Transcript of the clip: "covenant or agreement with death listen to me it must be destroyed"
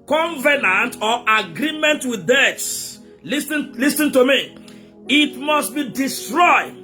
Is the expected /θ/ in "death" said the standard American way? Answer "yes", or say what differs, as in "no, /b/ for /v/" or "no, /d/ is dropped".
no, /t/ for /θ/